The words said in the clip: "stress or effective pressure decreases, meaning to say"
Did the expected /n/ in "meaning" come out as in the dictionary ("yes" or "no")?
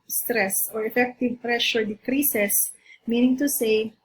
yes